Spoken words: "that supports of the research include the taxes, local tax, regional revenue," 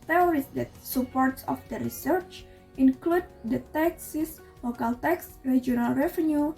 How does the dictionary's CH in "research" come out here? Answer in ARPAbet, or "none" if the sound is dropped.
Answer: CH